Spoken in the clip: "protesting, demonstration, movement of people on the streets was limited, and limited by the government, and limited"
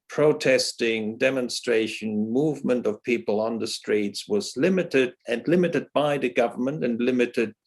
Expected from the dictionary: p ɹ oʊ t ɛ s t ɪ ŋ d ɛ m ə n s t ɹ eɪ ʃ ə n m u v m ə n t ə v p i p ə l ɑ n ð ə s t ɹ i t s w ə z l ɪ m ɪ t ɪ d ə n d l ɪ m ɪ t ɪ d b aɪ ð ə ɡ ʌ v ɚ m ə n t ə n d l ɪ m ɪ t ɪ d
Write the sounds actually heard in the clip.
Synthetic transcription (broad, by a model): p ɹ oʊ t ɛ s t ɪ ŋ d ɛ m ə n s t ɹ eɪ ʃ ə n m u v m ə n t ə v p i p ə l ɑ n ð ə s t ɹ i t s w ə z l ɪ m ɪ t ɪ d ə n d l ɪ m ɪ t ɪ d b aɪ ð ə ɡ ʌ v ɚ m ə n t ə n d l ɪ m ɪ t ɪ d